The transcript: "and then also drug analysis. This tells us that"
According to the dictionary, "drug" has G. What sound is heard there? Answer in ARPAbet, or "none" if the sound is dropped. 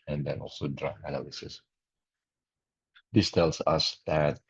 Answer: none